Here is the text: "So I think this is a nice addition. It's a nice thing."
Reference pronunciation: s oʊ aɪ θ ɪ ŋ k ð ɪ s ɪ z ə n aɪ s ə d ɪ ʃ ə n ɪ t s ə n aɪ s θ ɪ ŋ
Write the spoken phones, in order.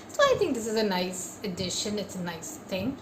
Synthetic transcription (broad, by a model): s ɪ aɪ θ ɪ ŋ k ð ɪ s ɪ z ə n aɪ s ə d ɪ ʃ ə n ɪ t s ə n aɪ s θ ɪ ŋ